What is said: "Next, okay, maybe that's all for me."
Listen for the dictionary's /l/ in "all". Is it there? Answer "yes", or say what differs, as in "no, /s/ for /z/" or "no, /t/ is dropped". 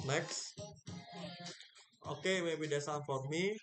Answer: no, /n/ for /l/